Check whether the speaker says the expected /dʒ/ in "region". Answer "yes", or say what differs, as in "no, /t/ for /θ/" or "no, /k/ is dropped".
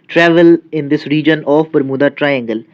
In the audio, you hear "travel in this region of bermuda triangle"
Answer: yes